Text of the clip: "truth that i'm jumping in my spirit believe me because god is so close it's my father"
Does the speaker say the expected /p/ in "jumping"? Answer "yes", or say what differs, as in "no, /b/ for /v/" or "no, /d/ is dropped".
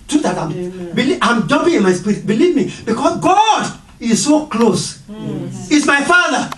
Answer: no, /b/ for /p/